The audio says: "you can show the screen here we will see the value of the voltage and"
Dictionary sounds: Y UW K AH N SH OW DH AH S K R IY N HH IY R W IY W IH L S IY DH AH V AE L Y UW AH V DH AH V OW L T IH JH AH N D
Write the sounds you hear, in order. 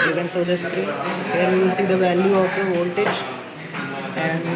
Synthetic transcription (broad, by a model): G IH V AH N S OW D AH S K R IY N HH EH R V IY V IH L S IY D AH V AE L Y UW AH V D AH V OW L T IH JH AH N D